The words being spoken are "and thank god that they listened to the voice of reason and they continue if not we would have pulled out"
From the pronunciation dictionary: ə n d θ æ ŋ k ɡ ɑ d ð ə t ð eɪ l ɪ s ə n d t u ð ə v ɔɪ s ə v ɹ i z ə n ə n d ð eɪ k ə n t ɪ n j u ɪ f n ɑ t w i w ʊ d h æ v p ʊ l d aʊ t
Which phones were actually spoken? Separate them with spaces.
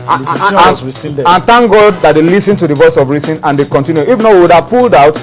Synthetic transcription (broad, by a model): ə n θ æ ŋ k ɡ ɑ d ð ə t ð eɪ l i s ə n t u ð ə v ɔɪ s ə v ɹ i s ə n ə n d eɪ k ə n t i n j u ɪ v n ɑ w i w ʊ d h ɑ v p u l d aʊ t